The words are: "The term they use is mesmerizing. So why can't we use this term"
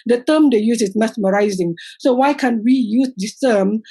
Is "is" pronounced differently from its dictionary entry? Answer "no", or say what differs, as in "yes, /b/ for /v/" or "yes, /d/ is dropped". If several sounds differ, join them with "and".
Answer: yes, /s/ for /z/